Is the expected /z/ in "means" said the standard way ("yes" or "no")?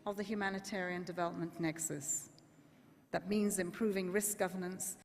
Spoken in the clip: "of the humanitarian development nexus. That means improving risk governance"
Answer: yes